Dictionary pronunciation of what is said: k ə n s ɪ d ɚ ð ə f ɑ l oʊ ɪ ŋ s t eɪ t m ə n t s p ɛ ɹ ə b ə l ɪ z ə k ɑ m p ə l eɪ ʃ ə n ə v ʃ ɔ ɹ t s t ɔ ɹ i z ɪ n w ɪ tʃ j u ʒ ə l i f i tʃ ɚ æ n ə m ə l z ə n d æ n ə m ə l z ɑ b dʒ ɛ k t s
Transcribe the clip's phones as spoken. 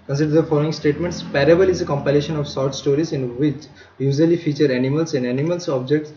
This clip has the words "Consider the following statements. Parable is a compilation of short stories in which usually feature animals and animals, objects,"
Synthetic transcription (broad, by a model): k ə n s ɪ d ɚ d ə f ɑ l oʊ ɪ ŋ s t eɪ t m ə n t s p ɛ ɹ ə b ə l ɪ z ə k ɑ m p ə l eɪ ʃ ə n ə v s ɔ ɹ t s t ɔ ɹ i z ɪ n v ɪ tʃ j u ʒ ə l i f i tʃ ɚ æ n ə m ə l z ə n d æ n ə m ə l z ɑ b dʒ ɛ k t s